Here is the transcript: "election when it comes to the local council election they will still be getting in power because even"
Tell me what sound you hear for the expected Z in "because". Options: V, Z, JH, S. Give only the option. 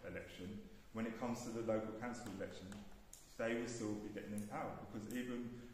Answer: Z